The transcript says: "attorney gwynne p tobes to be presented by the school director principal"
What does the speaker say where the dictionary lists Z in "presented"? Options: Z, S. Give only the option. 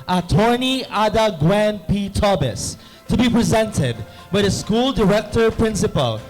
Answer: Z